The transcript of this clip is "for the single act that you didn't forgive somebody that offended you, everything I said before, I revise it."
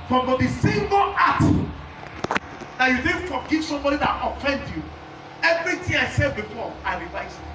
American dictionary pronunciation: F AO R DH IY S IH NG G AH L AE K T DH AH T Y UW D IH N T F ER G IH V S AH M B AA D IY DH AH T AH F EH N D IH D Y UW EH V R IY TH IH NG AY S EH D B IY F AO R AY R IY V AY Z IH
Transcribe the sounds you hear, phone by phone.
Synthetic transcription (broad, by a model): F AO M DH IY S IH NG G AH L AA T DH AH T Y UW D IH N F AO G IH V S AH M B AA D IY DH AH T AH F EH N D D Y UW EH V R IY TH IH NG AY S EH D B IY F AO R AY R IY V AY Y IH